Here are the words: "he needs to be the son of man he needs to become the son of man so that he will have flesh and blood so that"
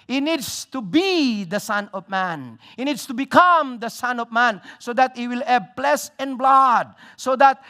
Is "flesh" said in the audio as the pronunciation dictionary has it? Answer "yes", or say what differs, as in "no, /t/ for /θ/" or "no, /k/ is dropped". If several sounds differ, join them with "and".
no, /s/ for /ʃ/